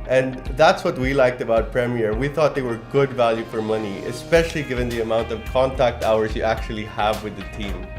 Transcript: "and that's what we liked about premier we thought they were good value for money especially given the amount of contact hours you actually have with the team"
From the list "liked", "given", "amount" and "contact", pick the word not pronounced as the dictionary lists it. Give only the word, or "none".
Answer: none